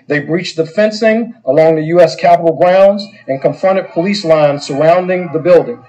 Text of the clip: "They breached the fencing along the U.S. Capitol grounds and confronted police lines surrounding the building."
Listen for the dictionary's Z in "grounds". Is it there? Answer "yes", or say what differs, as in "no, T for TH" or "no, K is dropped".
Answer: yes